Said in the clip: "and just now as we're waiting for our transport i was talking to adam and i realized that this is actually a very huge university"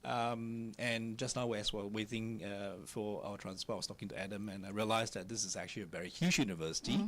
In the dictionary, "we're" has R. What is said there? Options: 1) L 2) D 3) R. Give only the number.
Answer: 1